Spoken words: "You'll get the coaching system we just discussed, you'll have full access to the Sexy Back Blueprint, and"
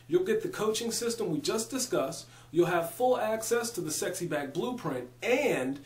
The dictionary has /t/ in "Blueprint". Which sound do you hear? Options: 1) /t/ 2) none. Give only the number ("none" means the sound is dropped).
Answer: 1